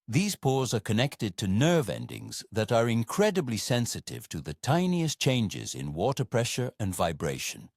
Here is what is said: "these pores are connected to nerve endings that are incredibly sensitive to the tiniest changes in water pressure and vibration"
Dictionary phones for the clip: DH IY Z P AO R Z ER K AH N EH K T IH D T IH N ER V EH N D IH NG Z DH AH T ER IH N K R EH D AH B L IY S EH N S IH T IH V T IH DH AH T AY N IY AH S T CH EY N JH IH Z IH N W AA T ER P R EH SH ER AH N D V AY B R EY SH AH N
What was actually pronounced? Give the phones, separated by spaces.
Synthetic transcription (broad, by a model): DH IY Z P AO R Z ER K AH N EH K T IH D T IH N ER V EH N D IH NG Z DH AH T ER IH N K R EH D AH B L IY S EH N S IH T IH V T IH DH AH T AY N IY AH S CH EY N JH IH Z IH N W AA T ER P R EH SH ER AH N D V AY B R EY SH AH N